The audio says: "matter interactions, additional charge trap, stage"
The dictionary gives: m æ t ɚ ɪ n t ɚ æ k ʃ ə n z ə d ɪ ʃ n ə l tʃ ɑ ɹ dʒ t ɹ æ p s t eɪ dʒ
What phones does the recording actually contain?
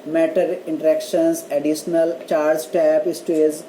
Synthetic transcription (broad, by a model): m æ t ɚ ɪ n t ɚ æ k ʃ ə n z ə d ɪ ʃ n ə l tʃ ɑ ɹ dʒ t æ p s t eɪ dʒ